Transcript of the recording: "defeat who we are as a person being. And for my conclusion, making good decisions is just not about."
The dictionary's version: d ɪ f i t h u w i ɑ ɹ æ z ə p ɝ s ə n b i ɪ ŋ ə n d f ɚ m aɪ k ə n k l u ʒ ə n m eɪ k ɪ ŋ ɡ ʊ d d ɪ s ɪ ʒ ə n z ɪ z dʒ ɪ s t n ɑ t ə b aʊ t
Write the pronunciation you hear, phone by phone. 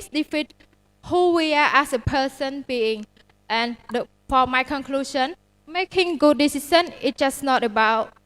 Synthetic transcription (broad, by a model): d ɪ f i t h u w i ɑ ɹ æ s ə p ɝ s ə n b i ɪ ŋ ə n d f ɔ m aɪ k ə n k l u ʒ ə n m eɪ k ɪ ŋ ɡ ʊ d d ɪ s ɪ s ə n ɪ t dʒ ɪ s n ɑ t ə b aʊ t